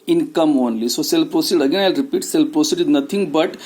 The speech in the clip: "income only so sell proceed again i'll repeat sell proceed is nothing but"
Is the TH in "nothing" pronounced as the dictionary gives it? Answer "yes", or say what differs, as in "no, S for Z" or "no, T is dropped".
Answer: no, T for TH